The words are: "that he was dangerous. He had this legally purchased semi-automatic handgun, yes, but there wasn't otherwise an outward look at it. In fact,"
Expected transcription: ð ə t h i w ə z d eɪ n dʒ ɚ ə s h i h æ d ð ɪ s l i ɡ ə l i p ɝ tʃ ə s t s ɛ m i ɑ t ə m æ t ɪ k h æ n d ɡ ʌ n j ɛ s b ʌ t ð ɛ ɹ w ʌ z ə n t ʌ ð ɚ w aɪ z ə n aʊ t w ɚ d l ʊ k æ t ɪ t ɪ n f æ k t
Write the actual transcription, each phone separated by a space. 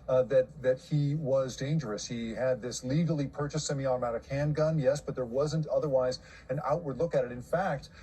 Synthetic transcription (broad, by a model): ð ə t h i w ə z d eɪ n dʒ ɚ ə s h i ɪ d ð ɪ s l i ɡ l i p ɝ tʃ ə s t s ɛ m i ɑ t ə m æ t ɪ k h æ n ɡ ʌ n j ɛ s b ʌ t ð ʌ ɹ w ʌ z ə n t ʌ ð ɚ w aɪ z ə n aʊ t w ɚ d l ʊ k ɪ t ɪ t ɪ n f æ k t